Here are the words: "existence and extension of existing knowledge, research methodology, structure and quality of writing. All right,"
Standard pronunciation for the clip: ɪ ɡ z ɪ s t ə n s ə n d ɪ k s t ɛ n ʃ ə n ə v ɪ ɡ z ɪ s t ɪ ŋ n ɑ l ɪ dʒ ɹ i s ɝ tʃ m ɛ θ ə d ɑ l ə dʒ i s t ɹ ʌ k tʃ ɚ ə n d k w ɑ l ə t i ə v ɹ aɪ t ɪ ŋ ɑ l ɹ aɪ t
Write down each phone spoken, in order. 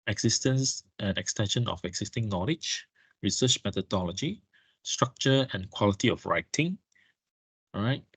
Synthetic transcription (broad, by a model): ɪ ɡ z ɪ s t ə n s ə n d ɪ k s t ɛ n ʃ ə n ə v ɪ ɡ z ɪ s t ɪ ŋ n ɑ l ɪ dʒ ɹ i s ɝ tʃ m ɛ t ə d ɑ l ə dʒ i s t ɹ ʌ k tʃ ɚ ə n k w ɑ l ə t i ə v ɹ aɪ t ɪ ŋ ɹ aɪ t